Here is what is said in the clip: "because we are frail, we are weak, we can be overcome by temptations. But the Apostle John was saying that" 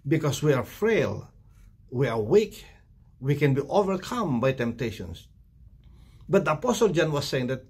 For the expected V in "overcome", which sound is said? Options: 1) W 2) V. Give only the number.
2